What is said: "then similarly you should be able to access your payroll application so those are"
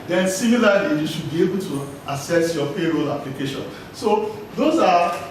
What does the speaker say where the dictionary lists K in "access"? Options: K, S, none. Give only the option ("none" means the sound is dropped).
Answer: none